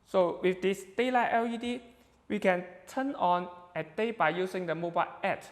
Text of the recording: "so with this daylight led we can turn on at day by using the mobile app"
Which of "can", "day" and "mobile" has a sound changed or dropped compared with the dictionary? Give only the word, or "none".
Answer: none